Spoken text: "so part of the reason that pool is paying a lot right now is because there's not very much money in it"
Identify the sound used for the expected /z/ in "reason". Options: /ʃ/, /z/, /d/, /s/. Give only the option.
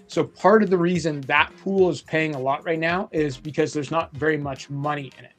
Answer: /z/